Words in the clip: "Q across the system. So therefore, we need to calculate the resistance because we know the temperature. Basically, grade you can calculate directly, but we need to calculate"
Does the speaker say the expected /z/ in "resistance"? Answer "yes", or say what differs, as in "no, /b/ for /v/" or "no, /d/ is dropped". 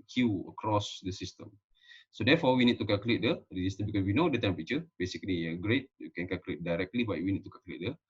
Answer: no, /s/ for /z/